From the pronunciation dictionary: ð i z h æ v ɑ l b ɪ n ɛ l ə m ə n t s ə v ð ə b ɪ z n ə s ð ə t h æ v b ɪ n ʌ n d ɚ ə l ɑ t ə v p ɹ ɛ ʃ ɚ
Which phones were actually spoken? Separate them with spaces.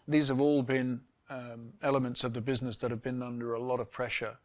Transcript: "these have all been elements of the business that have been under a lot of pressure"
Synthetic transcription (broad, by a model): ð i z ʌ v ɑ l b ɪ n ɛ l ə m ə n t s ə v ð ə b ɪ z n ə s ð ə t h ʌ v b ɪ n ʌ n d ɚ ə l ɑ t ə v p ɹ ɛ ʃ ɚ